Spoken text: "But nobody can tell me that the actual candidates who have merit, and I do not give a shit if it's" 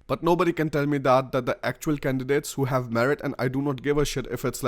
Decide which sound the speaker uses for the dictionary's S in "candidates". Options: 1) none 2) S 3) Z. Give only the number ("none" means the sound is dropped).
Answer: 2